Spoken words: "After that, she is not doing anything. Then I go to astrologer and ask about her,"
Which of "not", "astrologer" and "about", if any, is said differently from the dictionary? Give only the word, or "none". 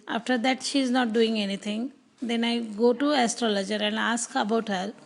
none